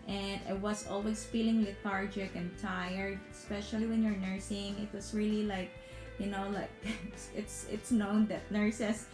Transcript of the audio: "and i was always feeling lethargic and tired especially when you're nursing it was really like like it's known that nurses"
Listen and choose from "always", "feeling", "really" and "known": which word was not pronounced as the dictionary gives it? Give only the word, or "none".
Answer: always